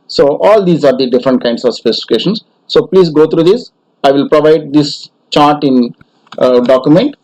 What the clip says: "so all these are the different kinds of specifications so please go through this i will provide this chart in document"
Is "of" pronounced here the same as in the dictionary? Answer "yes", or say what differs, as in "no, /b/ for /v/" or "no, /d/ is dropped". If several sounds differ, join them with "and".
yes